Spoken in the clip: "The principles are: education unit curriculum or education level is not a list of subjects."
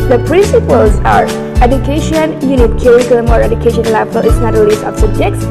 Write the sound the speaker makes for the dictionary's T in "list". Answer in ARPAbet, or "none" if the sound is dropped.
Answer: none